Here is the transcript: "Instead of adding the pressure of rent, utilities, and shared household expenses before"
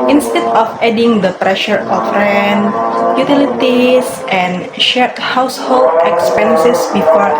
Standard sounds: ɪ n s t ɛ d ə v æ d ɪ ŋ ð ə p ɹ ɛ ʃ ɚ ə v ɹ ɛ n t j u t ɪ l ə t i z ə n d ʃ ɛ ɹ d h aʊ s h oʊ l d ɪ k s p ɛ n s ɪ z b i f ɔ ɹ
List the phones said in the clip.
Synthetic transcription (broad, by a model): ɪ n s t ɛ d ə f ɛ d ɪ ŋ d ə p ɹ ɛ ʃ ɚ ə f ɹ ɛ n j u t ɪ l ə t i s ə n ʃ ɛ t h aʊ s h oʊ l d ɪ k s p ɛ n s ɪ s b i f ɔ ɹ